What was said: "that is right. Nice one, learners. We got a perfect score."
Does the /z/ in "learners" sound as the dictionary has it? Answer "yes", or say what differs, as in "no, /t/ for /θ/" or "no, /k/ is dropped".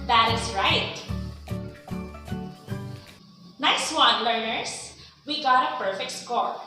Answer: no, /s/ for /z/